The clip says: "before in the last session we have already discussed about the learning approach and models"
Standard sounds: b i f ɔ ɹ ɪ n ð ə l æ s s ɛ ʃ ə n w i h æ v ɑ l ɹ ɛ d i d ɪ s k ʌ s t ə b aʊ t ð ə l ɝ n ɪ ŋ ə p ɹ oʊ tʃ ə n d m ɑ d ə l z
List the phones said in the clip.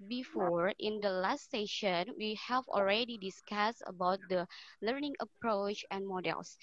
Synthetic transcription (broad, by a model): b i f ɔ ɹ ɪ n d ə l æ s s ɛ ʃ ə n w i h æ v ɑ l ɹ ɛ d i d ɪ s k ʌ s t ə b aʊ t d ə l ɝ n ɪ ŋ ə p ɹ oʊ tʃ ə n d m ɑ d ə l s